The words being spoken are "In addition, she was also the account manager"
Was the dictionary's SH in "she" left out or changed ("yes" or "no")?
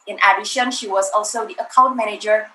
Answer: no